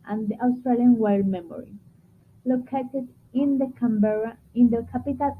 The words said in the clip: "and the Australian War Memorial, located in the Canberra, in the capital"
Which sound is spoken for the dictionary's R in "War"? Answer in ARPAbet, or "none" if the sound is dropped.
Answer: L